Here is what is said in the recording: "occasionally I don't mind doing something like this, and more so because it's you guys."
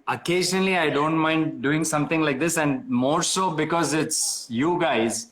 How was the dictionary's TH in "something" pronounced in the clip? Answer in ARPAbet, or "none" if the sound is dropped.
T